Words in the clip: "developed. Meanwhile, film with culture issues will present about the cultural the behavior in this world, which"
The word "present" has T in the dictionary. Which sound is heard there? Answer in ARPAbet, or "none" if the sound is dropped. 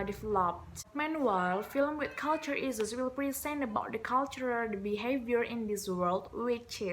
none